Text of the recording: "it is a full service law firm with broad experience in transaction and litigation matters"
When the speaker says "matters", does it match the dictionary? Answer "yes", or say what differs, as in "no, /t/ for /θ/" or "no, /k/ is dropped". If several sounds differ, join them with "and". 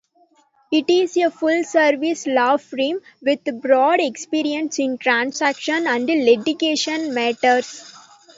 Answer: no, /s/ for /z/